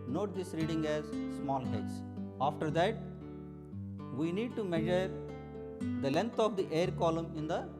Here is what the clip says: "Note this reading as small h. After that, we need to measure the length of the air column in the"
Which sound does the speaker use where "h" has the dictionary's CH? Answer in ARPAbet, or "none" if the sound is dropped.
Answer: S